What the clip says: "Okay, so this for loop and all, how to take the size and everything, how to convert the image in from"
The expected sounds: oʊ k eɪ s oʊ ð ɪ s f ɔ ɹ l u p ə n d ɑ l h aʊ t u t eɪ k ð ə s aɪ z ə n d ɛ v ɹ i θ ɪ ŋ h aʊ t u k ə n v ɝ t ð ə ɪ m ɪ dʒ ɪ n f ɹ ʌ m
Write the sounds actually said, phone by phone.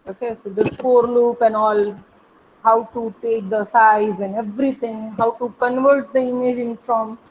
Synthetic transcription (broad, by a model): oʊ k eɪ s oʊ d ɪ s p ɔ ɹ l u p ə n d ɑ l h aʊ t u t eɪ k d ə s aɪ z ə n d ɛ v ɹ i t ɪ ŋ h aʊ t u k ə n v ɝ t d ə ɪ m ɪ dʒ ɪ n f ɹ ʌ m